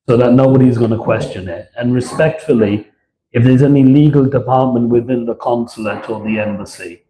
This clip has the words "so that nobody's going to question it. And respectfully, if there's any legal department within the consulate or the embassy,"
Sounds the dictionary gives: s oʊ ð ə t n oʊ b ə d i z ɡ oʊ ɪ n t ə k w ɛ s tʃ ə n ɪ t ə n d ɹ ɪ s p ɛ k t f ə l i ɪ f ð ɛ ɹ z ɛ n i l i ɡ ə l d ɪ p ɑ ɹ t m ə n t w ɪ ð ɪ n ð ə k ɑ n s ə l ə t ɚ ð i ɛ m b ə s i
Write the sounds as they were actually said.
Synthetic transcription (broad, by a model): s oʊ ð ə t n oʊ b ə d i z ɡ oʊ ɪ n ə k w ɛ s tʃ ə n ɪ t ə n ɹ ɪ s p ɛ k t f ə l i ɪ f ð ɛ ɹ z ɛ n i l i ɡ ə l d ɪ p ɑ ɹ t m ə n t w ɪ ð ɪ n ð ə k ɑ n s ə l ə t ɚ ð i ɛ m b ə s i